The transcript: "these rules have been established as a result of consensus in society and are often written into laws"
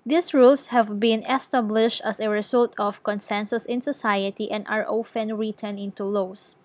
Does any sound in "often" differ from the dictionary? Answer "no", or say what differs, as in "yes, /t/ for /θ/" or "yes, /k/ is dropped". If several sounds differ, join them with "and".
no